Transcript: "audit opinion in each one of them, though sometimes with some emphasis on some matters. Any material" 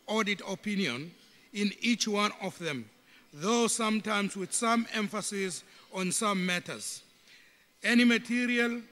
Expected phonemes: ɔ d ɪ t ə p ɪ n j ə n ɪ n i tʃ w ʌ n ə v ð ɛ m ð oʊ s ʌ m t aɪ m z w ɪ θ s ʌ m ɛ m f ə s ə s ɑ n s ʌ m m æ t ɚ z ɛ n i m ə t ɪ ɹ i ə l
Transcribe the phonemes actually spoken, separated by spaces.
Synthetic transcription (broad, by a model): ɔ d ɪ t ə p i n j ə n ɪ n i tʃ w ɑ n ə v ð ɛ m ð oʊ s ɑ m t aɪ m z w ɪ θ s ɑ m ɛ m f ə s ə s ɑ n s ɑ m m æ t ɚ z ɛ n i m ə t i ɹ i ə l